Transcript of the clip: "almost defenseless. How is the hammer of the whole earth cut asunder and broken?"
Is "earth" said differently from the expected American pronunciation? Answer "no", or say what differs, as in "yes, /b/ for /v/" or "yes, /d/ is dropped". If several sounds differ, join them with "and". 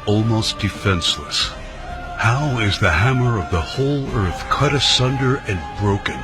no